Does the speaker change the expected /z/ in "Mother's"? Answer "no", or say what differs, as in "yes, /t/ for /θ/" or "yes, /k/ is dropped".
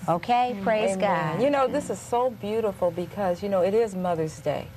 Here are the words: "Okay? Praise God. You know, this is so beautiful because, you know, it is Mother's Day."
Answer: no